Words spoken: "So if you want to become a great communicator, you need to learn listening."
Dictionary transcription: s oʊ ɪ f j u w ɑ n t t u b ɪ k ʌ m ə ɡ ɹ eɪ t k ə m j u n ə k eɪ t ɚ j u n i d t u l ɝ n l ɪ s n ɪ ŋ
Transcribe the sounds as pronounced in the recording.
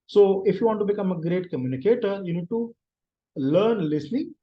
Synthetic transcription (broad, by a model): s oʊ ɪ f j u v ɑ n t t u b ɪ k ʌ m ə ɡ ɹ eɪ t k ə m j u n ə k eɪ t ɚ j u n i d t u l ɝ n l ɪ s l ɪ